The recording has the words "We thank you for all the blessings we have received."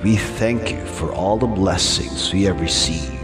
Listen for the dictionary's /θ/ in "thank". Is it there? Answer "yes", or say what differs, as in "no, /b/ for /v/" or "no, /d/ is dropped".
yes